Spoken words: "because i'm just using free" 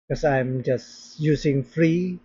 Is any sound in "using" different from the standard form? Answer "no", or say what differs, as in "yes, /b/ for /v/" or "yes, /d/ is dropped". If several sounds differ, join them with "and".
yes, /s/ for /z/